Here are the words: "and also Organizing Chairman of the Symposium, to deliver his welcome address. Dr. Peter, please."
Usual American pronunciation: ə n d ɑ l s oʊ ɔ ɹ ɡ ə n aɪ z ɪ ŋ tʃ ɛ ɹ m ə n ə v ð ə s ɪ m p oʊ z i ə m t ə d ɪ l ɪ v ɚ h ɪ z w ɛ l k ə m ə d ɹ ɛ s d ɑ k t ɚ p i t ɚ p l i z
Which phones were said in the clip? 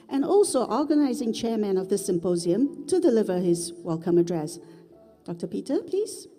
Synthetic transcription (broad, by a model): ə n ɑ l s oʊ ɔ ɹ ɡ ə n aɪ z ɪ ŋ tʃ ɛ ɹ m ə n ə v ð ə s ɪ m p oʊ z i ə m t ə d ɪ l ɪ v ɚ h ɪ z w ɛ l k ə m ə d ɹ ɛ s d ɑ k t ɚ p i t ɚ p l i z